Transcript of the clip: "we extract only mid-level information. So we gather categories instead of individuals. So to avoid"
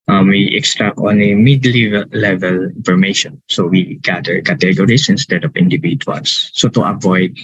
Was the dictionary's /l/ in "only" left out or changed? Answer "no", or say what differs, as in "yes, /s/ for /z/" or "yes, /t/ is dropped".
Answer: yes, /l/ is dropped